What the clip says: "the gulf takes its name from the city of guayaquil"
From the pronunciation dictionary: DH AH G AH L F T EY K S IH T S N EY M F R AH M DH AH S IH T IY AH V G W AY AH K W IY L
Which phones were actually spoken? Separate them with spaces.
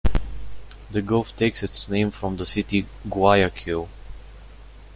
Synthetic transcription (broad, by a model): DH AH G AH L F T EY K S IH T S N EY M F R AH M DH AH S IH T IY G W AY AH K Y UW